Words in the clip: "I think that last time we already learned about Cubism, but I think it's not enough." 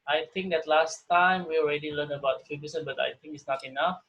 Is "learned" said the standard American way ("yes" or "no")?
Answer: no